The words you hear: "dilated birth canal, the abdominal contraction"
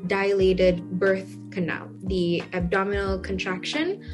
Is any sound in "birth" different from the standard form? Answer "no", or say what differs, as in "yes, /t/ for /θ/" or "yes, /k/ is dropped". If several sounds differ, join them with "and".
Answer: no